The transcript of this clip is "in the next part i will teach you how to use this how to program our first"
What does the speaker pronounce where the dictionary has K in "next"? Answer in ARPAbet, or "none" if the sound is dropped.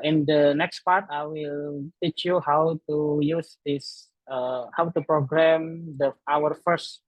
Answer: K